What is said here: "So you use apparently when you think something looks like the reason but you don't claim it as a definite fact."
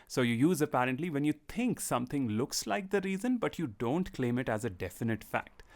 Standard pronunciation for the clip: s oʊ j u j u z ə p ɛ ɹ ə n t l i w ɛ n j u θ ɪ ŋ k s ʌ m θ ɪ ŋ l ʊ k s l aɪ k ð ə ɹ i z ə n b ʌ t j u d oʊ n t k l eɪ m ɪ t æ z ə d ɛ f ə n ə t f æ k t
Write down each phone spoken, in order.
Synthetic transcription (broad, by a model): s oʊ j u j u z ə p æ ɹ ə n t l i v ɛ n j u t ɪ ŋ k s ʌ m t ɪ ŋ l ʊ k s l aɪ k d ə ɹ i z ə n b ʌ t j u d oʊ n t k l eɪ m ɪ t æ z ə d ɛ f ə n ə t f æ k t